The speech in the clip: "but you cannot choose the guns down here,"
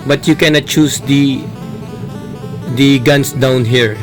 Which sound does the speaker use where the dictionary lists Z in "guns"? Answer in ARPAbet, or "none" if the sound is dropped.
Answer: S